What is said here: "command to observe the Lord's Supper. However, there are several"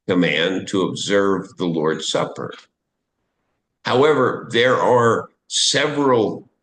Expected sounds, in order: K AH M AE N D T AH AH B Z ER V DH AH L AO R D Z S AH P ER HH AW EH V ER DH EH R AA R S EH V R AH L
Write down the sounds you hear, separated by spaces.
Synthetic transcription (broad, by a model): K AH M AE N T AH AH B Z ER V DH AH L AO R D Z S AH P ER HH AW EH V ER DH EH R AA R S EH V R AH L